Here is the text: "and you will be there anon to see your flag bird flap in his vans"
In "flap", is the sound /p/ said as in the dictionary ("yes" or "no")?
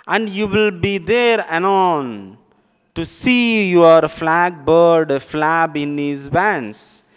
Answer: no